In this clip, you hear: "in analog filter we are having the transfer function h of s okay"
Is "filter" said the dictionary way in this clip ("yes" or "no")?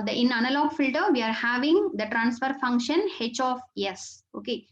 yes